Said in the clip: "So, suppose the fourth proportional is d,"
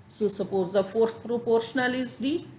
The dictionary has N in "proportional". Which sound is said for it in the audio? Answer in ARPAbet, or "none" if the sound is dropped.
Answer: N